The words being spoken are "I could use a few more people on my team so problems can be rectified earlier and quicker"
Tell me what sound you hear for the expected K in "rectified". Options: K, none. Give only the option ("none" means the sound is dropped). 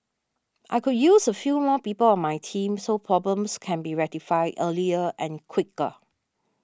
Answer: none